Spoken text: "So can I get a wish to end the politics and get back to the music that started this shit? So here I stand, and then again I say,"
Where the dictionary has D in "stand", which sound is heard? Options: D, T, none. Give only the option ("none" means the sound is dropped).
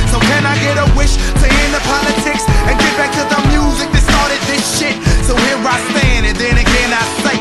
none